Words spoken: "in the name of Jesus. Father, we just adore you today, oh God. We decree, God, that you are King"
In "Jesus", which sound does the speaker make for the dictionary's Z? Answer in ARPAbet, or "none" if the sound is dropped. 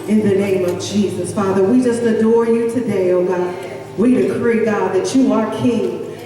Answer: Z